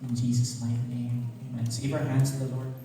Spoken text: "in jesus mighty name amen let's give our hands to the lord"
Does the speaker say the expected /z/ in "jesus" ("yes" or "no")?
yes